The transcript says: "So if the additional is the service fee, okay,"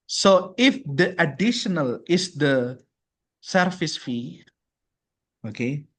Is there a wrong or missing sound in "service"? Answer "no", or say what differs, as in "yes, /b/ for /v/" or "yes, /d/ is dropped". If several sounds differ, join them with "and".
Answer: yes, /f/ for /v/